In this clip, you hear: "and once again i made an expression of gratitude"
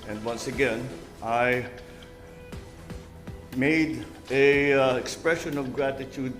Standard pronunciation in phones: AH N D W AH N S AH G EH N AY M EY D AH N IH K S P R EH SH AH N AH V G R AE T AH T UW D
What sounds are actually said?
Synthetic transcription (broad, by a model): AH N D W AH N S AH G EH N AY M EY D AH IH K S P R EH SH AH N AH V G R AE T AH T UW D